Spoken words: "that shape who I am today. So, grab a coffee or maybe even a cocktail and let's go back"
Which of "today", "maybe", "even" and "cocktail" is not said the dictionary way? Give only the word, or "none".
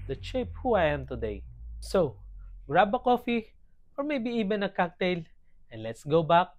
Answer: even